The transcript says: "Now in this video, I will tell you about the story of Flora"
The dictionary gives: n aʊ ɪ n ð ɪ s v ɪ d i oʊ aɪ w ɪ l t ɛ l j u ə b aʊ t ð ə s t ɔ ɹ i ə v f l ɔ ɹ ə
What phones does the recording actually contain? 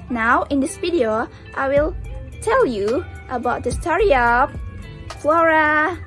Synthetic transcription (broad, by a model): n aʊ ɪ n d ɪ s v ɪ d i oʊ aɪ w ɪ l t ɛ l j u ə b aʊ t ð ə s t ɔ ɹ i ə p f l ɔ ɹ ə